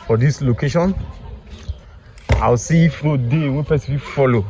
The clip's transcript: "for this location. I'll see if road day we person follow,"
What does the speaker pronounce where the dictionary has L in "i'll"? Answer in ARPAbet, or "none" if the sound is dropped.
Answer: W